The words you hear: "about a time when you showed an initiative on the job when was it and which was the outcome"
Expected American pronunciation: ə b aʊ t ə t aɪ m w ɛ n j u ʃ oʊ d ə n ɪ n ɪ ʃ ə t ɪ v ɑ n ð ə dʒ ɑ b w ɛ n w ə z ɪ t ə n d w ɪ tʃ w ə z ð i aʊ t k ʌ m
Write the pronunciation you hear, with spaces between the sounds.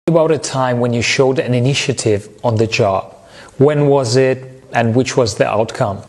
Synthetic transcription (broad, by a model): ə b aʊ t ə t aɪ m w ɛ n j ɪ ʃ oʊ d ə n ɪ n ɪ ʃ ə t ɪ v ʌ n ð ə dʒ ɑ b w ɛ n w ə z ɪ t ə n w ɪ tʃ w ə z ð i aʊ t k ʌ m